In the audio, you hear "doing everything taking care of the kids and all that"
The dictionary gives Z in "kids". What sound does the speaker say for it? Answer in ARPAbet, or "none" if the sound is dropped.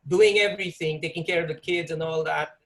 Z